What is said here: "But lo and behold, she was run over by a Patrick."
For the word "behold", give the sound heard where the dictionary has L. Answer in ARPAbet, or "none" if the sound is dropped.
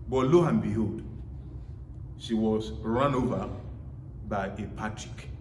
none